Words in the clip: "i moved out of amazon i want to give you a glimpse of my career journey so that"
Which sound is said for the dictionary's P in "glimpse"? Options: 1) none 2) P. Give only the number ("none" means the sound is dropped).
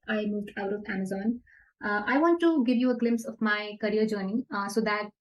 2